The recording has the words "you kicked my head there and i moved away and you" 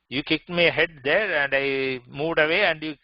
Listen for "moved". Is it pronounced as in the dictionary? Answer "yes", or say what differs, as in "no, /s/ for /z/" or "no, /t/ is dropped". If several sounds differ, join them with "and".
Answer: yes